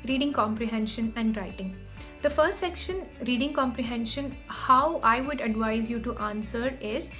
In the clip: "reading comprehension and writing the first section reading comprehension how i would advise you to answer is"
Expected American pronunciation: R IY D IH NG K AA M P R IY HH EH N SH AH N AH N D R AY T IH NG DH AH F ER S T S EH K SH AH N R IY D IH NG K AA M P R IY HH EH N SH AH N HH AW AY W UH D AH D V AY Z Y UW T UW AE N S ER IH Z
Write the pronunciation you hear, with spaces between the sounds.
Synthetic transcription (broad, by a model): R IY D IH NG K AA M P R IY HH EH N SH AH N AH N D R AY T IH NG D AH F ER S T S EH K SH AH N R IY D IH NG K AA M P R IY HH EH N SH AH N HH AW AY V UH D AH D V AY Z Y UW T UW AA N S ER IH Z